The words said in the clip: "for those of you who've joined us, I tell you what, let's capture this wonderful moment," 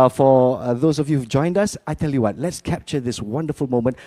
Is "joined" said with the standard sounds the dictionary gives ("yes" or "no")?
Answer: yes